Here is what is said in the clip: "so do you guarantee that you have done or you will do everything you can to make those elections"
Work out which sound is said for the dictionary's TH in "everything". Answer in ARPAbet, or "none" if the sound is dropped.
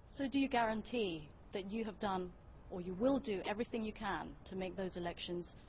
TH